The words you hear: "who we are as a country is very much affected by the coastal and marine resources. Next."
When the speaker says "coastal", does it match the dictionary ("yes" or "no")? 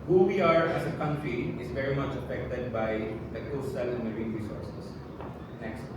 yes